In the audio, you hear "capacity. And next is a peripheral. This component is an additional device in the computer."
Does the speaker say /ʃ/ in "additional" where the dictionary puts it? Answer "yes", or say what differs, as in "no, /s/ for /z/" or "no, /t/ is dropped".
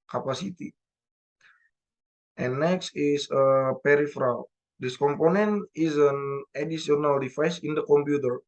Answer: no, /s/ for /ʃ/